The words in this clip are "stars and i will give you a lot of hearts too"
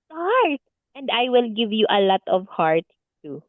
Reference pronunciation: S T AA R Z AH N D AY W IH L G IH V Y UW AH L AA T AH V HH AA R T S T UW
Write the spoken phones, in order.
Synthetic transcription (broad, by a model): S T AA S AH N D AY W IH L G IH V Y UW AH L AA T AH V HH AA R T T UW